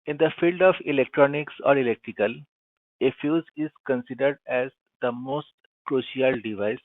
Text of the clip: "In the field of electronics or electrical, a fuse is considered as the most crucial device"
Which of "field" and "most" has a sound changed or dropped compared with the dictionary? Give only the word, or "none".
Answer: none